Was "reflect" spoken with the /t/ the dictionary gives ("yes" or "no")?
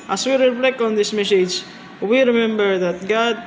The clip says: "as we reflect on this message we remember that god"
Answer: no